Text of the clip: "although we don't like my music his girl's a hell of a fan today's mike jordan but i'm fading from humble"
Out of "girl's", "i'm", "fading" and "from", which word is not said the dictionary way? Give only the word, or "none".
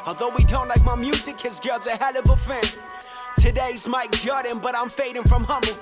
girl's